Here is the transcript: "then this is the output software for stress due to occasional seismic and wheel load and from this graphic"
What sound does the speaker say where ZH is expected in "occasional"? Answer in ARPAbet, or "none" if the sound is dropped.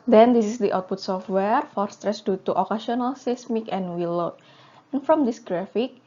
S